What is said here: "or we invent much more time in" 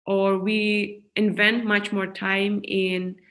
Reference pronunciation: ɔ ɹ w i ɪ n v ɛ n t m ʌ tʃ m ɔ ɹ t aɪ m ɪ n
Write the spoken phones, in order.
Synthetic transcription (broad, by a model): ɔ ɹ w i ɪ n v ɛ n t m ʌ tʃ m ɔ ɹ t aɪ m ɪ n